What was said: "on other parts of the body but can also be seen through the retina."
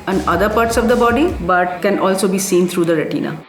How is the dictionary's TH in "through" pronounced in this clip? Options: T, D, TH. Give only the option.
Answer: T